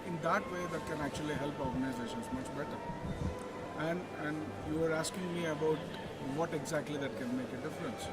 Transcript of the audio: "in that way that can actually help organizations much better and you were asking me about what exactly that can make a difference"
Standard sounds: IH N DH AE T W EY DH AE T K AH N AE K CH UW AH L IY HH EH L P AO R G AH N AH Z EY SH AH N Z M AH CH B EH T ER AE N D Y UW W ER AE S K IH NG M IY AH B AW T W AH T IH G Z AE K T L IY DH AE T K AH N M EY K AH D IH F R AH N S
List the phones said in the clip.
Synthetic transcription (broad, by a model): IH N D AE T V EY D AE T K AH N AE K CH UW AH L IY HH EH L P AO R G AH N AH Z EY SH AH N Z M AH CH B EH T ER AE N D Y UW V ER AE S K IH NG M IY AH B AW T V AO T IH G Z AE K T L IY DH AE T K AH N M EY K AH D IH F R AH N S